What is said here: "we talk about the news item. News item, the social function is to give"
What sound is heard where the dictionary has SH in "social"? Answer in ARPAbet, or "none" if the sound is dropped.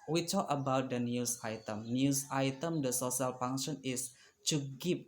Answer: S